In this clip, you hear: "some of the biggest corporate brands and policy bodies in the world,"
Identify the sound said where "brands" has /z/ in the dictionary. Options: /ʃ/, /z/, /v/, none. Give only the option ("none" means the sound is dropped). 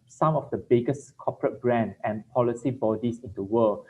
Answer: none